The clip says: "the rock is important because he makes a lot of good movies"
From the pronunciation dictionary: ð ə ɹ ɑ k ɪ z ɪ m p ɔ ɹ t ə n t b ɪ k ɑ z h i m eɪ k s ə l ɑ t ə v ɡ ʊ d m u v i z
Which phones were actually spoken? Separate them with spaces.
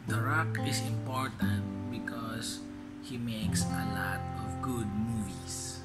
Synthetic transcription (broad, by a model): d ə ɹ ɑ k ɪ s ɪ m p ɔ ɹ t ə n t b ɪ k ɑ s h i m eɪ k s ə l ɑ t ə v ɡ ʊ d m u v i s